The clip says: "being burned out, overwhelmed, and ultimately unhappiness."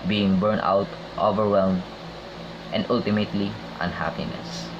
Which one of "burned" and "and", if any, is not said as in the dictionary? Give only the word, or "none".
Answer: burned